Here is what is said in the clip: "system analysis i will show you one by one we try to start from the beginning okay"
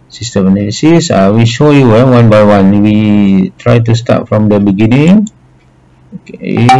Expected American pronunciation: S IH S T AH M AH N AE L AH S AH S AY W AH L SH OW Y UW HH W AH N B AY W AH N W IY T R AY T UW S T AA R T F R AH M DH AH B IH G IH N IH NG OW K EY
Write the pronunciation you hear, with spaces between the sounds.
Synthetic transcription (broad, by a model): S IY S T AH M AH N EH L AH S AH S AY W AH SH OW Y UW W W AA N B AY W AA N W IY T R AY T UW S T AA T F R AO M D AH B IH G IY N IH NG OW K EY